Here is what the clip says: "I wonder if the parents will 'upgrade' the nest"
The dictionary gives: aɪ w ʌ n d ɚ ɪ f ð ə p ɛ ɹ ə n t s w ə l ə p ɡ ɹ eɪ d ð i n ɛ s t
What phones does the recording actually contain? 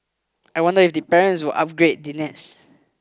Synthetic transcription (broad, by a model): aɪ w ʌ n d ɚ ɪ f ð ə p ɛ ɹ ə n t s w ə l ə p ɡ ɹ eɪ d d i n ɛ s